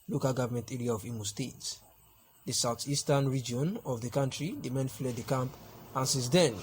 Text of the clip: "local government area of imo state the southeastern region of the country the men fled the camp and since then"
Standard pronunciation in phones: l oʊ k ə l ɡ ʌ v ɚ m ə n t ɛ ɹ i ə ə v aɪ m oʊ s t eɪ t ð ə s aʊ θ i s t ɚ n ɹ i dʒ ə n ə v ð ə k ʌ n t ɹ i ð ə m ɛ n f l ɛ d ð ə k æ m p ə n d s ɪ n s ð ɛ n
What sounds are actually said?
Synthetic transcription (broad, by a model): l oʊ k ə l ɡ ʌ v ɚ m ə n t ɛ ɹ i ə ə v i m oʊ s t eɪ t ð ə s aʊ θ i s t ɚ n ɹ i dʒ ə n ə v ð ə k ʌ n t ɹ i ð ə m ɛ n f l ɛ d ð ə k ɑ m p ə n s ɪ s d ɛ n